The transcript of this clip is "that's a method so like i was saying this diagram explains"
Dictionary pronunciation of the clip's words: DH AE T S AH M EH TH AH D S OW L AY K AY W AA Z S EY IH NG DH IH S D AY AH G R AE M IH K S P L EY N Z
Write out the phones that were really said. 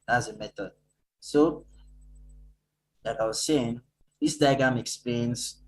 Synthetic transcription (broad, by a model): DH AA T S AH M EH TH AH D S OW L AY K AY W AA Z S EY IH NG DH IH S D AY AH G AA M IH K S P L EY N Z